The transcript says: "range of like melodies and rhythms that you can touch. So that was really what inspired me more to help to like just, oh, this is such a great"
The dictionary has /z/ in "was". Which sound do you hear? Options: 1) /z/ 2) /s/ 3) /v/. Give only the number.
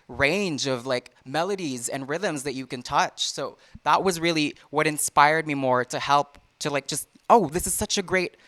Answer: 1